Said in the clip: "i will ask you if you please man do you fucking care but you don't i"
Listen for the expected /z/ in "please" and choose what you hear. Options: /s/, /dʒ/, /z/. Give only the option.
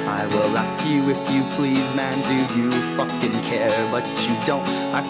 /z/